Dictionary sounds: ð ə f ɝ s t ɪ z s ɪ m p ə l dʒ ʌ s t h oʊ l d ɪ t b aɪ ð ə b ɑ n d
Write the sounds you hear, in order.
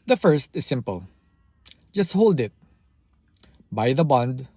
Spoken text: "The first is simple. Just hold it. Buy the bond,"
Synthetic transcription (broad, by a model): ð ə f ɝ s t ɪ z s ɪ m p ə l dʒ ʌ s t h oʊ l d ɪ t b aɪ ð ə b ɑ n d